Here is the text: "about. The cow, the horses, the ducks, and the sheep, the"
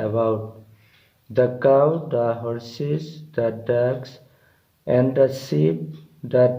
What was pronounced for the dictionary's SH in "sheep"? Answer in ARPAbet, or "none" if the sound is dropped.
S